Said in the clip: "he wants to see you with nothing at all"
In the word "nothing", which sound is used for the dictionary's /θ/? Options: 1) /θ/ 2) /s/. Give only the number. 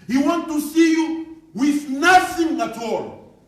2